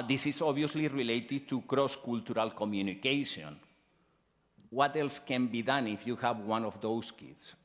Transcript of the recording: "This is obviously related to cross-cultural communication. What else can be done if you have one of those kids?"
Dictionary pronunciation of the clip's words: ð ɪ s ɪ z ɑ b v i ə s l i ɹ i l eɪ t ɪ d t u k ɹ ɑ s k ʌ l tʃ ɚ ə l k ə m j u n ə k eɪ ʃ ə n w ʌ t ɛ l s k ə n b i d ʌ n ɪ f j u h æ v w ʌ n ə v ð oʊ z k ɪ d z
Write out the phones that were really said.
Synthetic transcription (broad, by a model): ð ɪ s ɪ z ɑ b i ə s l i ɹ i l eɪ t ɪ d t u k ɹ ɑ s k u l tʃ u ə l k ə m j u n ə k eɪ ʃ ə n w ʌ t ɛ l s k ə n b i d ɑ n ɪ f j u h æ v w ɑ n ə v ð oʊ s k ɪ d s